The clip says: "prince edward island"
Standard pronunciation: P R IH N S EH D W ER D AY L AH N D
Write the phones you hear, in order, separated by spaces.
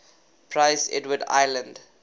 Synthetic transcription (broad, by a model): P R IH S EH D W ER D AY L AH N D